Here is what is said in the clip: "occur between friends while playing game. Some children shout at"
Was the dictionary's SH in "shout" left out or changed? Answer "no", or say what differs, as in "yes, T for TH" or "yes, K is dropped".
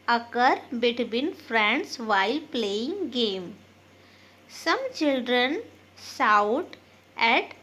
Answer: yes, S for SH